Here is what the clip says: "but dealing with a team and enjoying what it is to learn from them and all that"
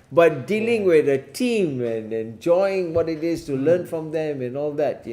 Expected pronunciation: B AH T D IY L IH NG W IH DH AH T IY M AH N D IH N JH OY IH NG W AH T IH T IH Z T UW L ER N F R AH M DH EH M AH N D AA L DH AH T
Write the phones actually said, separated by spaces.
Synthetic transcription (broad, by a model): B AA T D IY L IH NG W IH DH AH T IY M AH N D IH N JH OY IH NG W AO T IH T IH S T UW L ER N F R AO M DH EH M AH N AA L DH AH T